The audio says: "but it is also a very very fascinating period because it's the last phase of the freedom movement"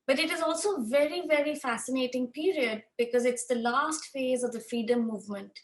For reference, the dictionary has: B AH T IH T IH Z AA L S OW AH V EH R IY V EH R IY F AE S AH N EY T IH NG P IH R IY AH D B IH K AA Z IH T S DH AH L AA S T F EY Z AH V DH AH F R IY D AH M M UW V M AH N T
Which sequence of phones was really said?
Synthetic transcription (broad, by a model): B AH T IH T IH Z AA L S OW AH V EH R IY V EH R IY F AE S AH N EY T IH NG P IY R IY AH D B IH K AA Z IH T S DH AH L AA S T F EY Z AH V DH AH F R IY D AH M M UW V M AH N T